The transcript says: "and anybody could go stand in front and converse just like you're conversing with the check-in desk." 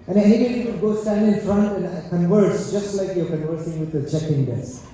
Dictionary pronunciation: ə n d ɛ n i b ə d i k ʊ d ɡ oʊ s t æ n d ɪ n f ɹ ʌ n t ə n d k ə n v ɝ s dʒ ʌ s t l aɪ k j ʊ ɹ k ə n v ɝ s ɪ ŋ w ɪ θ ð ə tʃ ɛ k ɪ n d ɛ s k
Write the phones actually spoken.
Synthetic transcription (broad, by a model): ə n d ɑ i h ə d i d ɡ oʊ s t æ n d ɪ n f ɹ ʌ n t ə n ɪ k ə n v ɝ s dʒ ʌ s t l aɪ k j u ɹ k ə n v ɝ s ɪ ŋ w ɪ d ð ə tʃ ɛ k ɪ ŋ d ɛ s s